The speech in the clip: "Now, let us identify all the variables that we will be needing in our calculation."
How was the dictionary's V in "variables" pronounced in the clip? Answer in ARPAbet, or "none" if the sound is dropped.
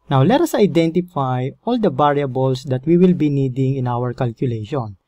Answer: B